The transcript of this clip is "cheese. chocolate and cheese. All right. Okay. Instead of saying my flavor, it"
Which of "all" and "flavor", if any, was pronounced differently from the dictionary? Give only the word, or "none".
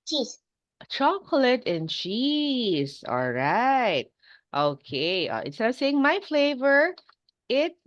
none